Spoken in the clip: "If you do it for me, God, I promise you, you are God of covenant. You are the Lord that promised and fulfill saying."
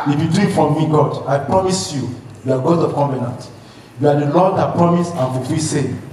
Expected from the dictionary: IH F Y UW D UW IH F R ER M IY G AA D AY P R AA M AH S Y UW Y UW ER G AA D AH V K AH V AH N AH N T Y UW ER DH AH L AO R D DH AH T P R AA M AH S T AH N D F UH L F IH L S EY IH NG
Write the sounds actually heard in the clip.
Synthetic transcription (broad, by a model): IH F Y UW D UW IH F R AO M IY G AA D AY P R AA M AH S Y UW Y UW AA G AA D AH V K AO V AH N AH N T Y UW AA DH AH L AO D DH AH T P R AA M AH S AH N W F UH F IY S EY